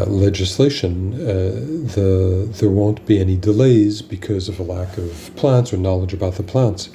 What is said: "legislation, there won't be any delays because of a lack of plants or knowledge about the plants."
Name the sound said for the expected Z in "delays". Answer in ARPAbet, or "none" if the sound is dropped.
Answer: Z